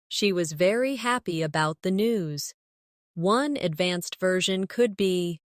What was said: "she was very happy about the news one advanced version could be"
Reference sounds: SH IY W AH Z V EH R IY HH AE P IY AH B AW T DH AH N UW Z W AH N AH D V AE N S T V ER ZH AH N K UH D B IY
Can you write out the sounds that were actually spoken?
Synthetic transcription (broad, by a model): SH IY W AH Z V EH R IY HH AE P IY AH B AW T DH AH N UW Z W AH N AH D V AE N S T V ER ZH AH N K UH D B IY